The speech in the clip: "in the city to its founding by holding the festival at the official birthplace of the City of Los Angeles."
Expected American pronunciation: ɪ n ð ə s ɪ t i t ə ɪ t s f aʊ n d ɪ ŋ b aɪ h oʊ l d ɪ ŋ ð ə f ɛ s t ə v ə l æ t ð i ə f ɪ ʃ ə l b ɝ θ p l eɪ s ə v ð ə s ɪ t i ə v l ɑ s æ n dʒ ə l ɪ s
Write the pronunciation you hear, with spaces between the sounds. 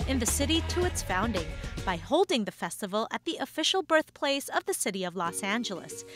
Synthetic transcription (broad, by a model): ɪ n ð ə s ɪ t i t ə ɪ t s f aʊ n d ɪ ŋ b aɪ h oʊ l d ɪ ŋ ð ə f ɛ s t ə v l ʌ t ð i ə f ɪ ʃ l b ɝ θ p l eɪ s ə v ð ə s ɪ t i ə v l ɑ s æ n dʒ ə l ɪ s